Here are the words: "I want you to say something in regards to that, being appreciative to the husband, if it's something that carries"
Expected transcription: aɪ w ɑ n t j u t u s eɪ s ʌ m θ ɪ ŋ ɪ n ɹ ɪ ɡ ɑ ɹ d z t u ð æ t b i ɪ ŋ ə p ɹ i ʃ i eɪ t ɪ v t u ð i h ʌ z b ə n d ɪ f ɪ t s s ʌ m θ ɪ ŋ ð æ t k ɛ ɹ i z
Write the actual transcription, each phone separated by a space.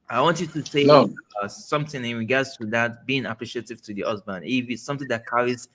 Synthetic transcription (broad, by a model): aɪ w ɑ n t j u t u s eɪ s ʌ m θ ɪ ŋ ɪ n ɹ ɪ ɡ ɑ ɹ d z t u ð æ t b i ɪ ŋ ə p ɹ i ʃ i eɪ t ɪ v t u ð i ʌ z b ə n ɪ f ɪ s s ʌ m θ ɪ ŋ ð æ t k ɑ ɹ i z